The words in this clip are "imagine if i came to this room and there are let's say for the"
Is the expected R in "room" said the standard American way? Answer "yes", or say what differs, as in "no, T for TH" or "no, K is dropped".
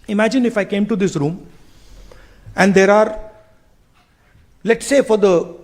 yes